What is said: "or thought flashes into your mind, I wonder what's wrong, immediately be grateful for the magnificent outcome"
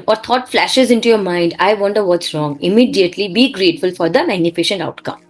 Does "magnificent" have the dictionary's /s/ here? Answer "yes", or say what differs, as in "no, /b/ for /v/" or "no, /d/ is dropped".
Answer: no, /ʃ/ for /s/